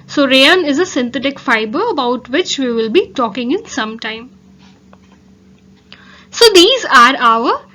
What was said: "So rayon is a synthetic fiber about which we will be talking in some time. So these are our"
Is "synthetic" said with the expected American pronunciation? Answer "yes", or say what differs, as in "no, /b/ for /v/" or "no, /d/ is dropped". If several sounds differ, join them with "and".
no, /t/ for /θ/